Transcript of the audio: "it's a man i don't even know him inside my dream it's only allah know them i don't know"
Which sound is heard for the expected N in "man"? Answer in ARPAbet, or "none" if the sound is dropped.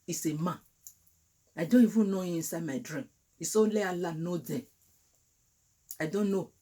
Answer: none